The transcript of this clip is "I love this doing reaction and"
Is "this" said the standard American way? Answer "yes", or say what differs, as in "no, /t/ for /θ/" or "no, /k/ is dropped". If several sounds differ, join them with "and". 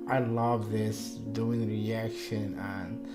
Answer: yes